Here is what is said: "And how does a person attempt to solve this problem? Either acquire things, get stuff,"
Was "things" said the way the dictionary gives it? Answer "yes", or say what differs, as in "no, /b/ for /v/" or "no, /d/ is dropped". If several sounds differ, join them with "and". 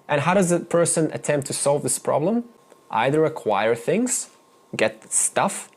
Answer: yes